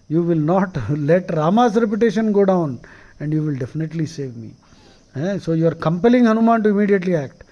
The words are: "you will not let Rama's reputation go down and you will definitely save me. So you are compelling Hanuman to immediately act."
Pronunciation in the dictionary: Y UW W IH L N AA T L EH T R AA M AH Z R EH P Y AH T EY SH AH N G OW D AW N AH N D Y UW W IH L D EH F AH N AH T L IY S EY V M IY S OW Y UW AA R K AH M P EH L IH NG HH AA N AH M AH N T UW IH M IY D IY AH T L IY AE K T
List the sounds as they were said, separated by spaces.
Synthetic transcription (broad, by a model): Y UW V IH L N AA T L EH T R AA M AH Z R EH P Y AH T EY SH AH N G OW D AW N AH N D Y UW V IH L D EH F AH N AH T L IY S EY V M IY S OW Y UW AA R K AH M P EH L IH NG HH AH N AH M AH N T UW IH M IY D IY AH T L IY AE K T